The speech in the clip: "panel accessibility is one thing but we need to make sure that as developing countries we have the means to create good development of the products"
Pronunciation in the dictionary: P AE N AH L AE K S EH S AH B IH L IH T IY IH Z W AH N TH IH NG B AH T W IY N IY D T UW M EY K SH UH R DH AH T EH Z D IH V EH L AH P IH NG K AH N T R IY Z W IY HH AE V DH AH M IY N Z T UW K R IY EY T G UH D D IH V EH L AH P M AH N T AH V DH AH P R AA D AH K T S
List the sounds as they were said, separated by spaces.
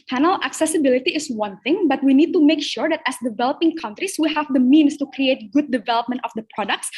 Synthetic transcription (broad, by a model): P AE N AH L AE K S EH S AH B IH L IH T IY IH S W AH N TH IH NG B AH T W IY N IY D T UW M EY K SH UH R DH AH T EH S D IH V EH L AH P IH NG K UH N T R IY S W IY HH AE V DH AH M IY N S T UW K R IY EY T G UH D D IH V EH L AH P M AH N T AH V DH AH P R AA D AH K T S